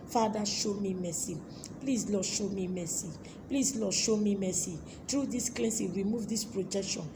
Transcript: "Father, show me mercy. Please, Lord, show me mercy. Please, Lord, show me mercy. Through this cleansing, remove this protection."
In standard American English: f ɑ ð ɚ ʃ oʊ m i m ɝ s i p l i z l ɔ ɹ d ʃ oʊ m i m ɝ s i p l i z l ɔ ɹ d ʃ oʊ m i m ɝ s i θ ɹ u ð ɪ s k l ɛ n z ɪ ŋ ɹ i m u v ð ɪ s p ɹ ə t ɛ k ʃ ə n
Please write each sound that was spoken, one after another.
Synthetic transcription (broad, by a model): f ɑ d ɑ ʃ oʊ m i m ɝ s i p l i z l ɔ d ʃ oʊ m i m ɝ s i p l i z l ɔ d ʃ oʊ m i m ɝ s i t ɹ u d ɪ s k l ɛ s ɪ ɹ i m u v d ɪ s p ɹ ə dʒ ɛ k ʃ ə n